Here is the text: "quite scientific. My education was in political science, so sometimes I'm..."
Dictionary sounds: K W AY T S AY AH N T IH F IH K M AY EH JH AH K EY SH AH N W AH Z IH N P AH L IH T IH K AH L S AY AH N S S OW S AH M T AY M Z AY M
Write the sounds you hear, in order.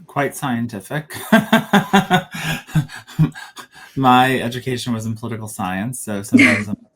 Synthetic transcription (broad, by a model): K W AY T S AY AH N T IH F IH K M AY EH JH AH K EY SH AH N W AH Z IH N P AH L IH T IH K L S AY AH N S S OW S AH M T AY M Z AY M